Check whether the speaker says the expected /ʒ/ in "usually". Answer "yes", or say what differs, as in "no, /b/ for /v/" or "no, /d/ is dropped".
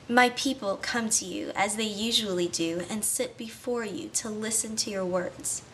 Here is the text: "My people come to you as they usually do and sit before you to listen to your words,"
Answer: yes